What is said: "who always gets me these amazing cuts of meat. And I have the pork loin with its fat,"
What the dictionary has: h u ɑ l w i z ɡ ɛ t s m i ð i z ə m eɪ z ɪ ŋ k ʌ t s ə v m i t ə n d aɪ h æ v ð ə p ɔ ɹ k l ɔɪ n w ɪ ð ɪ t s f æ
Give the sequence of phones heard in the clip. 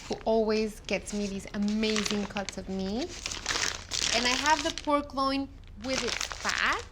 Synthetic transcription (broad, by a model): h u ɑ l w i z ɡ ɛ t s m i ð i z ə m eɪ z ɪ ŋ k ʌ t s ə v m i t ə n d aɪ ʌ v ð ə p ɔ ɹ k l ɔɪ n w ɪ ð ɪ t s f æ